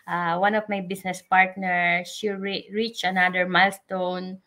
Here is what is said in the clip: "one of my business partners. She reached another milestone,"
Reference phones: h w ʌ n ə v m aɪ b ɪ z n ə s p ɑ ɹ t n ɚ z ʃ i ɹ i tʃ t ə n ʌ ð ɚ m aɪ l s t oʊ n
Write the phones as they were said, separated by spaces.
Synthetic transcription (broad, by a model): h w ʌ n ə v m aɪ b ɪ s n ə s p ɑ ɹ t n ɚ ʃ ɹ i ɹ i tʃ ə n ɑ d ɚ m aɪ l s t oʊ n